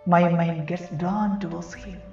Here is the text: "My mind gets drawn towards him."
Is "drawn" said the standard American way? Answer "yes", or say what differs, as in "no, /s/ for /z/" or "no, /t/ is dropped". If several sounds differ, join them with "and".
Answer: no, /ɹ/ is dropped